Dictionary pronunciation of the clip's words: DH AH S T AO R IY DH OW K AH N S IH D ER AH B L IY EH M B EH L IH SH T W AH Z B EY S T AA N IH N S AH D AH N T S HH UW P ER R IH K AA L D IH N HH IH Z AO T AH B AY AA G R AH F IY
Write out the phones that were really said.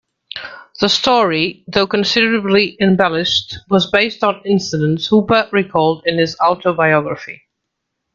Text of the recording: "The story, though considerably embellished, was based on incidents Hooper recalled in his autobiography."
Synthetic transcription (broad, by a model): DH AH S T AO R IY DH OW K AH N S IH D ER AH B L IY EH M B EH L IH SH T W AH Z B EY S T N IH N S AH D AH N T S HH UW B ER R IH K AA L D IH N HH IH Z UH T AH B AY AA G R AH F IY